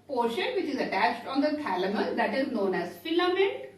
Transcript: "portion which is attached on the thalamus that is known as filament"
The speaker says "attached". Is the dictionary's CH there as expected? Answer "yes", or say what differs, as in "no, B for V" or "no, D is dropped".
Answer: yes